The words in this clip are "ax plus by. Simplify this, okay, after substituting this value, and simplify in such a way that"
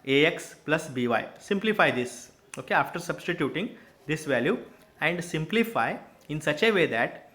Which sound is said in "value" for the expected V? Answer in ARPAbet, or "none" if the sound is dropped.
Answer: V